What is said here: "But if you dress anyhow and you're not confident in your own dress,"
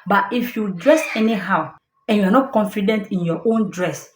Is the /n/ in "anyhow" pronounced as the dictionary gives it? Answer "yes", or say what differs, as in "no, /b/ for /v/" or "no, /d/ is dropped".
yes